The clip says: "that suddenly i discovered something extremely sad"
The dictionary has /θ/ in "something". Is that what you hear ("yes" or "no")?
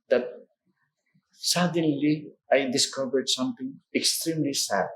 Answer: no